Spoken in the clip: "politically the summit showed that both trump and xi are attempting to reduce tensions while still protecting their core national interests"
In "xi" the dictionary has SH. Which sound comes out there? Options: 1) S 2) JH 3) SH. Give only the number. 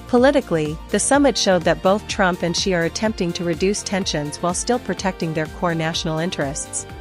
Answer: 3